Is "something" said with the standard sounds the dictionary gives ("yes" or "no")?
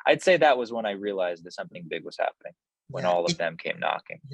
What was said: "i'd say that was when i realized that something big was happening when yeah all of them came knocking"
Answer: yes